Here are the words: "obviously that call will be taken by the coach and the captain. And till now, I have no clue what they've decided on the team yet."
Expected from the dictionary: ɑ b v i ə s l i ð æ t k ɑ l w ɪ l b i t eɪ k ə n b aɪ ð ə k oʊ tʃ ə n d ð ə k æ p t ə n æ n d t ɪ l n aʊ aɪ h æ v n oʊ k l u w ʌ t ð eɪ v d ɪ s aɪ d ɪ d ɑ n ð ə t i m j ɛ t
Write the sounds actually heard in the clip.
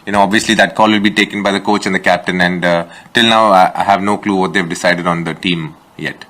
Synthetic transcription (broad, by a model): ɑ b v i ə s l i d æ t k ɑ l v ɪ l b i t eɪ k ə n b aɪ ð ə k oʊ tʃ ə n d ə k æ p t ə n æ n d t ɪ l n aʊ aɪ h æ v n oʊ k l u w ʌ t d eɪ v d ɪ s aɪ d ɪ d ɑ n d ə t i m j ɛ t